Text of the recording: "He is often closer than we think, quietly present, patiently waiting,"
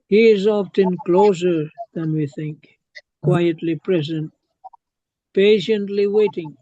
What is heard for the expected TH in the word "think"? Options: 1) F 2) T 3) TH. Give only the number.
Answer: 3